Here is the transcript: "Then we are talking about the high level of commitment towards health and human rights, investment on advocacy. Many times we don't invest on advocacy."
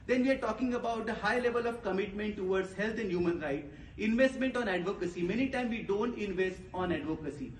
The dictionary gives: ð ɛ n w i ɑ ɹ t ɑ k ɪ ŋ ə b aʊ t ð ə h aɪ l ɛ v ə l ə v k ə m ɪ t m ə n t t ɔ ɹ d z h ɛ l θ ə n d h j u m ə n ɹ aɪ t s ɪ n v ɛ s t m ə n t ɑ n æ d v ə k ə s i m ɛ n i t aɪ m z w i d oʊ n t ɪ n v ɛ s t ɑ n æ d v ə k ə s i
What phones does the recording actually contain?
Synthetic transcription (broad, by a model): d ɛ n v i ɑ ɹ t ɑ k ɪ ŋ ə b aʊ t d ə h aɪ l ɛ v ə l ə v k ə m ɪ t m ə n t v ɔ ɹ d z h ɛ l t ə n d h j u m ə n ɹ aɪ t ɪ n v ɛ s t m ə n t ɑ n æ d v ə k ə s i m ɛ n i t aɪ m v i d oʊ n t ɪ n v ɛ s t ɑ n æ d v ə k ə s i